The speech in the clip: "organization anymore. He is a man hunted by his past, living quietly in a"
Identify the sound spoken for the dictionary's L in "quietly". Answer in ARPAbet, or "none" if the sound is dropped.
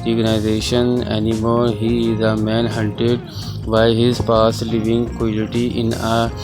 none